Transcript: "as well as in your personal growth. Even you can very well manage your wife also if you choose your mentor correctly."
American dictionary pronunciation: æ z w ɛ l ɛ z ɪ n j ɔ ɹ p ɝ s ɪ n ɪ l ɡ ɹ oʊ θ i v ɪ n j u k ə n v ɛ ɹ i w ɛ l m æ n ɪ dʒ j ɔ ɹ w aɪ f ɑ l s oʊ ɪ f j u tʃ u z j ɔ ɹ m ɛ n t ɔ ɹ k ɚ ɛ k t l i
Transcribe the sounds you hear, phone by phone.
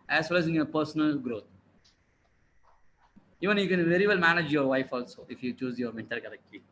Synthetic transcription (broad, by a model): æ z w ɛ l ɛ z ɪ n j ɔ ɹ p ɝ s ɪ n ɪ l ɡ ɹ oʊ t i v ɪ n j u k ə n v ɛ ɹ i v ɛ l m æ n ɪ dʒ j ɔ ɹ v aɪ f ɑ l s oʊ ɪ f j u tʃ u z j ɔ ɹ m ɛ n t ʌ l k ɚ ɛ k t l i